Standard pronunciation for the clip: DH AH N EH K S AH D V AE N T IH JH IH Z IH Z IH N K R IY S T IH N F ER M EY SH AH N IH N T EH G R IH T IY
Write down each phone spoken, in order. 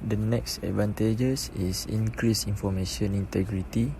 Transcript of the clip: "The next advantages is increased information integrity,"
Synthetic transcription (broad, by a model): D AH N EH K S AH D V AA N T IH JH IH S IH S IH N K R IY S IY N F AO M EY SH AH N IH N T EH G R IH T IY